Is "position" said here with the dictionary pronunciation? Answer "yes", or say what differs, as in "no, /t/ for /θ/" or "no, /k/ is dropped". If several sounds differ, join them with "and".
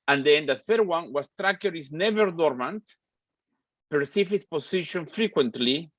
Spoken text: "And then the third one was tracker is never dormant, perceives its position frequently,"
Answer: no, /s/ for /z/